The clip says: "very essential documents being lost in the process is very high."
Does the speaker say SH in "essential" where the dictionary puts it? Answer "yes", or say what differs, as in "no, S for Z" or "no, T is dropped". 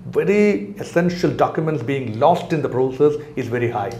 yes